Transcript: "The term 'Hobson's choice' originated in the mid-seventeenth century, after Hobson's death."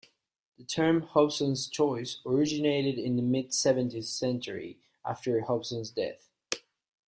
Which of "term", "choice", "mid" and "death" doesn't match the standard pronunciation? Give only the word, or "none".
none